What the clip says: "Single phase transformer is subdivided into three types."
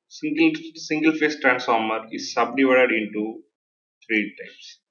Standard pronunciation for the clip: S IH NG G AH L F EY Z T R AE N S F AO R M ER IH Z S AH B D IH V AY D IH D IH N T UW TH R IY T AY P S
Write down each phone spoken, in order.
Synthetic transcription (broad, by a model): S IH NG G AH L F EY S T R AE N S F AO R M ER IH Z S AH B D IH V AY D IH D IH N T UW T R IY T AY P S